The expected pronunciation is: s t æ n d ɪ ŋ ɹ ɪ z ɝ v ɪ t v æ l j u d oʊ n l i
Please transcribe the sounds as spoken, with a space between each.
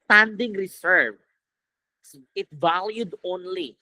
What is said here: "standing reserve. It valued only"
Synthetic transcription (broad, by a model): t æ n d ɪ ŋ ɹ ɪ s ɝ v ɪ t v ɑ l j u d oʊ n l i